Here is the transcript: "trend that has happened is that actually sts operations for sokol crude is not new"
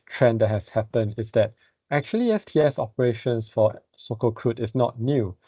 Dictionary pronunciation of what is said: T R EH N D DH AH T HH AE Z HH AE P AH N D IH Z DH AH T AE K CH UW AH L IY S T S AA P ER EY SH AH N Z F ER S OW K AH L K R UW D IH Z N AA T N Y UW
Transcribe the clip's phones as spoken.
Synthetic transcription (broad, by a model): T R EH N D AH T HH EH S HH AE P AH N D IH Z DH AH T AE K CH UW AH L IY S T S AA P ER EY SH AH N S F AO S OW K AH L K R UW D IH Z N AA T N Y UW